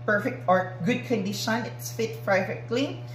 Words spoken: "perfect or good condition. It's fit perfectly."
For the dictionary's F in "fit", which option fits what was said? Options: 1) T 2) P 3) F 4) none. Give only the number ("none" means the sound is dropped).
3